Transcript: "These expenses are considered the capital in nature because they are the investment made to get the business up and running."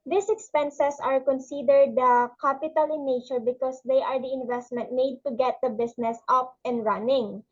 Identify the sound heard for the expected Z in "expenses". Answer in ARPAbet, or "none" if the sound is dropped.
S